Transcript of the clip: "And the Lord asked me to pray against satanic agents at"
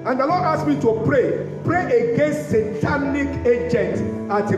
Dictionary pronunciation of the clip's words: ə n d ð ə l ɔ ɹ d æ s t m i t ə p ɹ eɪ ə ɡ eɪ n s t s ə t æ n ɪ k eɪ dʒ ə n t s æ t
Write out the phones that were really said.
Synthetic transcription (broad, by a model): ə n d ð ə l ɔ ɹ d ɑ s m i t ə p ɹ eɪ ə ɡ eɪ n s t s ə t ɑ n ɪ k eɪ dʒ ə n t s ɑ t